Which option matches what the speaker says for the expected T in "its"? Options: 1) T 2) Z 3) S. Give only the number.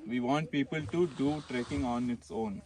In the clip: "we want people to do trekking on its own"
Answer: 1